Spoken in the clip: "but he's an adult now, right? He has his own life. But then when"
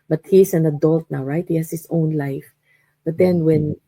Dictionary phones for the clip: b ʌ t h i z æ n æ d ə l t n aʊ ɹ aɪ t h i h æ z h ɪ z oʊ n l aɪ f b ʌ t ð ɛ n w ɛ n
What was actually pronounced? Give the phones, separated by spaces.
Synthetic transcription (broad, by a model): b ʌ t h i s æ n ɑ d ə l t n aʊ ɹ aɪ t h i h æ s h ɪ s oʊ n l aɪ f b ʌ t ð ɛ n w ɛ n